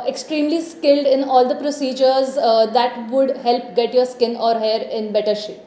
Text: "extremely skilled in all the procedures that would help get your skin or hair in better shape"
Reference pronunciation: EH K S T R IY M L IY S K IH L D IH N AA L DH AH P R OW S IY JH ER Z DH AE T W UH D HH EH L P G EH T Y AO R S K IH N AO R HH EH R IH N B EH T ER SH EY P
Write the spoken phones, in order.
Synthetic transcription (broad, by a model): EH K S T R IY M L IY S K IH L D IH N AA L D AH P R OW S IY JH ER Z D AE T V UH D HH EH L P G EH T Y AO R S K IH N AO R HH EH R IH N B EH T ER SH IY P